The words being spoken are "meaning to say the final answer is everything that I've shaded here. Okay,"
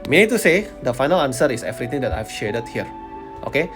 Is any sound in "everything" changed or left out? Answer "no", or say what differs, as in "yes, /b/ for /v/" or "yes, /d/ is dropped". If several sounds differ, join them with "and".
yes, /t/ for /θ/